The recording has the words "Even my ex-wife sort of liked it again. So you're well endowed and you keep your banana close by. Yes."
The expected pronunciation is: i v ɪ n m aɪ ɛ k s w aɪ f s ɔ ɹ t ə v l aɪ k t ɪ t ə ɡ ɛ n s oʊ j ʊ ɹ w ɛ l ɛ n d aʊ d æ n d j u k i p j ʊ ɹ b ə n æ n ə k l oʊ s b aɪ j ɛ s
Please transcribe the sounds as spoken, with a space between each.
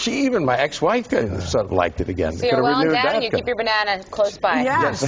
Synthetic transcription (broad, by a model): i v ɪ n m aɪ ɛ k s w aɪ f s ɔ ɹ t ə v l aɪ k t ɪ t ə ɡ ɛ n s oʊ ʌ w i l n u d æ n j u k i p j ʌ ɹ b ə n æ n ə k l oʊ s b aɪ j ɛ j